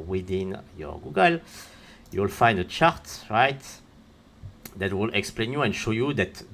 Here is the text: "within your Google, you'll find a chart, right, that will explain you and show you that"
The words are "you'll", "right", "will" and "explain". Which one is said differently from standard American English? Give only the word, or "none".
none